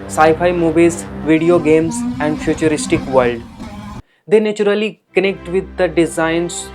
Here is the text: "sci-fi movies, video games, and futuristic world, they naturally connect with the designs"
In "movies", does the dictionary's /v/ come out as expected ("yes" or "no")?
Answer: no